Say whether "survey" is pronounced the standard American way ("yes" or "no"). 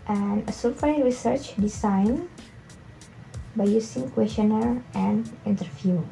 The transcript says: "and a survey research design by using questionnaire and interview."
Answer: no